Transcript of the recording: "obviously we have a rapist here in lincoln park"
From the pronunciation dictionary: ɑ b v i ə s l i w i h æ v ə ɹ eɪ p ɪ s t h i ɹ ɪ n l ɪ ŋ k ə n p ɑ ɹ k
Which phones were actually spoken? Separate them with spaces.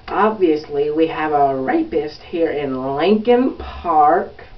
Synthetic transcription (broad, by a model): ɑ b v i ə s l i w i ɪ v ə ɹ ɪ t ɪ s t h i ɹ ɪ n l ɪ ŋ k ə n p ɑ ɹ k